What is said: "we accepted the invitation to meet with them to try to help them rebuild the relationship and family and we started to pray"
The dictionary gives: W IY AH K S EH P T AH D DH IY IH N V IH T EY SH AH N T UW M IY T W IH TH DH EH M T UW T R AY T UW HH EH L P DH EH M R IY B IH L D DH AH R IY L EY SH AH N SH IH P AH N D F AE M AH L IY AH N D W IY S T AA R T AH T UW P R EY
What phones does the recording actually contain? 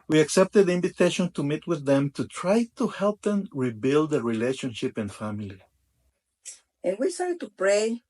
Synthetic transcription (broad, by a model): W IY AH K S EH P T AH D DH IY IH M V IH T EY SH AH N T UW M IY T W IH DH EH M T UW T R AY T UW HH EH L P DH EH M R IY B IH L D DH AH R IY L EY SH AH N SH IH P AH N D F AE M AH L IY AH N W IY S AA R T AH T UW P R EY